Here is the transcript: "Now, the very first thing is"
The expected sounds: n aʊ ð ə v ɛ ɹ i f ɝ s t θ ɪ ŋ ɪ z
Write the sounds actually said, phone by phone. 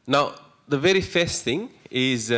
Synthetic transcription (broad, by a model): n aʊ ð ə v ɛ ɹ i f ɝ s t θ ɪ ŋ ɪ z